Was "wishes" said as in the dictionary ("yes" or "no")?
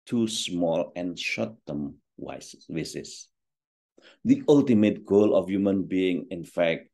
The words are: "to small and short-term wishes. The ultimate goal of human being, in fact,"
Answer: no